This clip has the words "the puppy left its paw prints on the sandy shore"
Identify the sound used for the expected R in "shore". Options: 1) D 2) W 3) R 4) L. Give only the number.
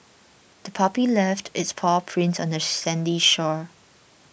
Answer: 3